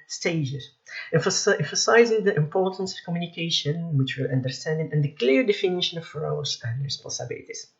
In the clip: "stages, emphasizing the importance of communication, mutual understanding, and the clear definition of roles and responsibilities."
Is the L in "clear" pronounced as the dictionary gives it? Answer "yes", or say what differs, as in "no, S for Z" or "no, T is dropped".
yes